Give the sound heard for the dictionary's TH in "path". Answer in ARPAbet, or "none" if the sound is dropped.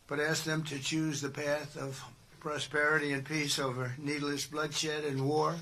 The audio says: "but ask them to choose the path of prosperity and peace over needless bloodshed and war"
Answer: TH